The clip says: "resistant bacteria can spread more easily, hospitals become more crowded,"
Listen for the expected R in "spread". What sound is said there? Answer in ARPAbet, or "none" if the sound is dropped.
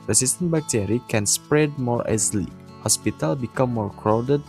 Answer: R